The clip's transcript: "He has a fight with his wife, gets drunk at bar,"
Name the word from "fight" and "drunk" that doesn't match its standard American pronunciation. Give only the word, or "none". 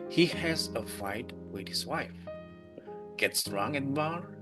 drunk